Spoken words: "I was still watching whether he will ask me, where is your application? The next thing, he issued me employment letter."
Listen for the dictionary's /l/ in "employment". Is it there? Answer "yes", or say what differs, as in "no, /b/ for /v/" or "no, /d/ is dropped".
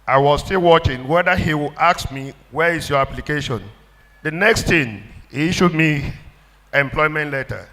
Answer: yes